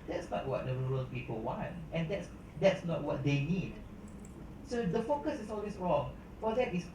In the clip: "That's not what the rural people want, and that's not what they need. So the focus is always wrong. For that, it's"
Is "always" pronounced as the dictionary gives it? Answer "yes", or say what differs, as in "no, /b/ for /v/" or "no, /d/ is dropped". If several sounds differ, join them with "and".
no, /s/ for /z/